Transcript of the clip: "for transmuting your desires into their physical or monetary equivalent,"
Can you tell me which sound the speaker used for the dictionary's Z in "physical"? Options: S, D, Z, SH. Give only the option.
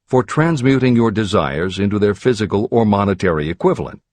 Z